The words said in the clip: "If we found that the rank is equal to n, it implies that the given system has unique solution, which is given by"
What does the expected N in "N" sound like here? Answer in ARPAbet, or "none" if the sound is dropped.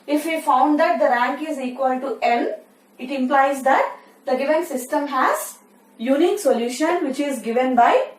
L